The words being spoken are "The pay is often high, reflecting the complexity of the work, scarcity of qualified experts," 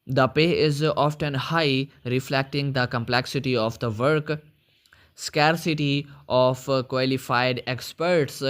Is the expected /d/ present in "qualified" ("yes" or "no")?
yes